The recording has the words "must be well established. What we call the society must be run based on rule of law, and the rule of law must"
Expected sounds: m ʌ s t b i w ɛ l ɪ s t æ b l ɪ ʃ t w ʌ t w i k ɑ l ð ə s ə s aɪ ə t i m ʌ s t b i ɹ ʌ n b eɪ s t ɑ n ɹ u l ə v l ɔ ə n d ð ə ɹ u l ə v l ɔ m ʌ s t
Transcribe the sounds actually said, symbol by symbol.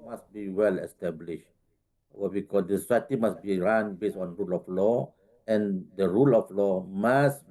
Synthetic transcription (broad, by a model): m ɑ s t b i w ɛ l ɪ s t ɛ b l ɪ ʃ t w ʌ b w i k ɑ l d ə s ə s aɪ ə t i m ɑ s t b i ɹ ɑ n b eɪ s ɑ n ɹ u l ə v l ɔ ə n d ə ɹ u l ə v l ɔ m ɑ s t